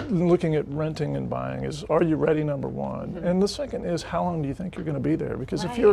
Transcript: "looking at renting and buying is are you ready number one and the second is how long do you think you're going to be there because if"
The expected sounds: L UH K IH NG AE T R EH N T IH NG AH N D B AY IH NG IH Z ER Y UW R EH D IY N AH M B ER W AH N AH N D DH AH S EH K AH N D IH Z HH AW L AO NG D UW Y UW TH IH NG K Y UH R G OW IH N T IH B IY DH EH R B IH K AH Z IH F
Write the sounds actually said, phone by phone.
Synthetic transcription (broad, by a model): L UH K IH NG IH T R EH N T IH NG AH N B AY IH NG IH Z ER Y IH R EH D IY N AH M B ER W AH N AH N DH AH S EH K AH N D IH Z HH AW L AO NG D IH Y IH TH IH NG K Y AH R G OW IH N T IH B IY DH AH R B IH K AH Z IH F